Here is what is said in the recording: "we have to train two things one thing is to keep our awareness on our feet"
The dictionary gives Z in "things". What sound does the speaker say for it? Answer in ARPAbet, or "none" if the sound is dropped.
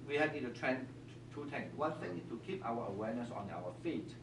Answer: none